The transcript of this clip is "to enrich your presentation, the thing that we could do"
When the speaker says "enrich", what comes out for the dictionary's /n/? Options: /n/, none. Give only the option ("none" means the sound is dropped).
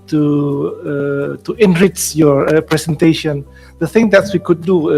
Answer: /n/